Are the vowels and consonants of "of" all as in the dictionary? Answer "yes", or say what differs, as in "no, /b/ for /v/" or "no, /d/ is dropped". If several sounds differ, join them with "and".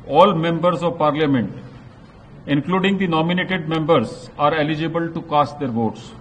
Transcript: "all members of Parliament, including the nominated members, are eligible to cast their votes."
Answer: yes